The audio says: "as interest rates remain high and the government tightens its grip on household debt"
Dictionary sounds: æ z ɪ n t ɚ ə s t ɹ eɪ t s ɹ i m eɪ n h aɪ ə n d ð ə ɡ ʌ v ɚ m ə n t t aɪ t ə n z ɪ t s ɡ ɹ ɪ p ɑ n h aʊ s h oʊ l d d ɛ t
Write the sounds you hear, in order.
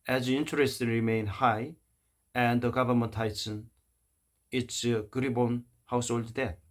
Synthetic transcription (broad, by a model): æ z ɪ n t ɚ ə s t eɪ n ɹ i m eɪ n h aɪ ə n d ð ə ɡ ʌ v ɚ m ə n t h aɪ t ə n ɪ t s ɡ ɹ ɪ b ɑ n h aʊ s h oʊ l d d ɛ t